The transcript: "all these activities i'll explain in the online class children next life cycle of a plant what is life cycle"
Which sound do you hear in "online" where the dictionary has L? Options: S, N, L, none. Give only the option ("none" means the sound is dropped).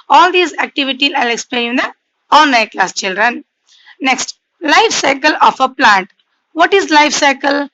N